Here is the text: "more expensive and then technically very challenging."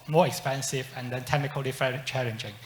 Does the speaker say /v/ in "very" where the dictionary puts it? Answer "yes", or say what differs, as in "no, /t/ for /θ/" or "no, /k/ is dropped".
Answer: no, /f/ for /v/